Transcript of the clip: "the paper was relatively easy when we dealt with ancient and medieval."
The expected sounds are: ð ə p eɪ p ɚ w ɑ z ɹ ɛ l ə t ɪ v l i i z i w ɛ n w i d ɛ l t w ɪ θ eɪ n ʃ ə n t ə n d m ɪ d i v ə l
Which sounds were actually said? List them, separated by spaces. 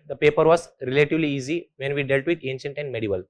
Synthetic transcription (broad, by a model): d ə p eɪ p ɚ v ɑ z ɹ ɛ l ə t ɪ v l i i z i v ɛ n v i d ɛ l t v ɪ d eɪ n ʃ ə n t ə n d m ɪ d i v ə l